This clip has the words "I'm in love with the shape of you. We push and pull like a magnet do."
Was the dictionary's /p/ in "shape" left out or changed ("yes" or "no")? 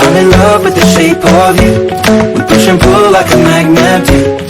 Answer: no